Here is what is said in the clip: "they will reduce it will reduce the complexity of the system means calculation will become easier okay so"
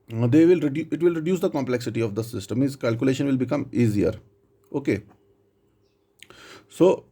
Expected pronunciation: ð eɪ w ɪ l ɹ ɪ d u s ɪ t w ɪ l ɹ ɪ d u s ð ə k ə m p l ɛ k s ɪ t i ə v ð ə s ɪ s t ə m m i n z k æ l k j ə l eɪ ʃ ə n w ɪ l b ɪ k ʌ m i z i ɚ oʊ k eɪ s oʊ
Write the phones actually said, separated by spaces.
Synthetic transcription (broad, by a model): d eɪ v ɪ l ɹ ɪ d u ɪ t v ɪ l ɹ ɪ d u s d ə k ə m p l ɛ k s ɪ t i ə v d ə s ɪ s t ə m m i z k æ l k j ə l eɪ ʃ ə n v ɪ l b ɪ k ʌ m i z i ɚ oʊ k eɪ s oʊ